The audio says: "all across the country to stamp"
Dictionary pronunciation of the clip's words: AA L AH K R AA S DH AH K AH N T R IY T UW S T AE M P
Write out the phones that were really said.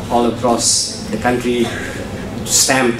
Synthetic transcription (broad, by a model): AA L AH K R AA S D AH K AH N T R IY T UW S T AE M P